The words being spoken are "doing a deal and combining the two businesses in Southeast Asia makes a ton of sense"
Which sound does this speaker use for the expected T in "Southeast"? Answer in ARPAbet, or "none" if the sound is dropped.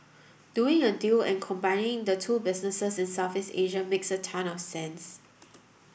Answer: none